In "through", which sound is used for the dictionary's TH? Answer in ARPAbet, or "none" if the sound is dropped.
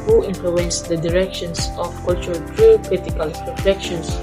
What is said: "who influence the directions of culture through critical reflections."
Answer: T